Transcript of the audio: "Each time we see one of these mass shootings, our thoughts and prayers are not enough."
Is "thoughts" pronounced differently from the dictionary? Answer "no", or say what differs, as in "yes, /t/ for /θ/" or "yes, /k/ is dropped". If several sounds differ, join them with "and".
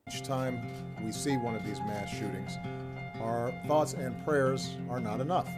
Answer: no